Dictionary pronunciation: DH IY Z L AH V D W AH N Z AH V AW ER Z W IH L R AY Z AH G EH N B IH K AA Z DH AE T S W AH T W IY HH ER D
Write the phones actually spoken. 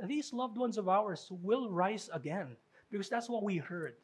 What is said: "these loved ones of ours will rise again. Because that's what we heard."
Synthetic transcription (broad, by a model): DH IY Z L AH V D W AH N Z AH V AW ER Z W IH L R AY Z AH G EH N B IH K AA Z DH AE T S W AH T W IY HH ER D